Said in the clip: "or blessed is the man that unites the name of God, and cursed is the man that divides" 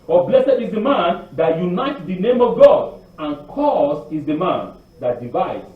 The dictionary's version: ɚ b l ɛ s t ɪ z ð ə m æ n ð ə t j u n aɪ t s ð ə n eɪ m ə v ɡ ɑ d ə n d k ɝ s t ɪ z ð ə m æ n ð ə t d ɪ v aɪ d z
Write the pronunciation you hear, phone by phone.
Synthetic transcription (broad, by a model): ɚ b l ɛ s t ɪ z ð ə m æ n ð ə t j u n aɪ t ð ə n eɪ m ə v ɡ ɑ d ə n k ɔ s ɪ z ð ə m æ n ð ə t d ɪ v aɪ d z